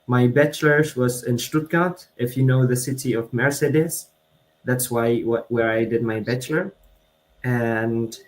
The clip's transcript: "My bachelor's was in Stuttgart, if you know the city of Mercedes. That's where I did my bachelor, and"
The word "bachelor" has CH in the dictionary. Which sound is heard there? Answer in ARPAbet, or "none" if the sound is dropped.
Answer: CH